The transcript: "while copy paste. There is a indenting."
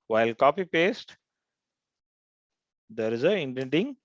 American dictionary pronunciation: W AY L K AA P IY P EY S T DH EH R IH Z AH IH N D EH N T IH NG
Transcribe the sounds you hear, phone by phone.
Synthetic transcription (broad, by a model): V AY L K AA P IY P EY S T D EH R IH Z AH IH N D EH N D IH NG